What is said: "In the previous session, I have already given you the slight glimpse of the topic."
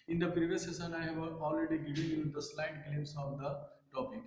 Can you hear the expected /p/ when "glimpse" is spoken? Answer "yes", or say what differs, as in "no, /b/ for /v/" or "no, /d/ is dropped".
no, /p/ is dropped